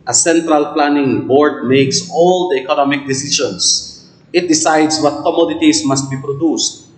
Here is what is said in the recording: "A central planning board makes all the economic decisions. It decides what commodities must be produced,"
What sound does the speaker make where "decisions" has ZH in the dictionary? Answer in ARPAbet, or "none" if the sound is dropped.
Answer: SH